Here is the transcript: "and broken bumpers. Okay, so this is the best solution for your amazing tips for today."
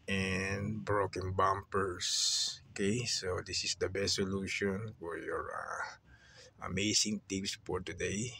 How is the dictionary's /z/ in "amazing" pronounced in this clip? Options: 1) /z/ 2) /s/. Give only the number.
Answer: 2